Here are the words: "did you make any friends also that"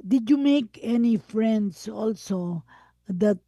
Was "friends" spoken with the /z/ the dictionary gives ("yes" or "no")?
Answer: no